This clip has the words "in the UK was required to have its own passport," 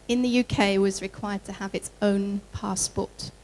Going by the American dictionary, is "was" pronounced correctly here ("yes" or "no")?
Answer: yes